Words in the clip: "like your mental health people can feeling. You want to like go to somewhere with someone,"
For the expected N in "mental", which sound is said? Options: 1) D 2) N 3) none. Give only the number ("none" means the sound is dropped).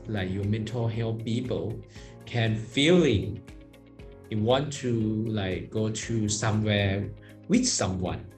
2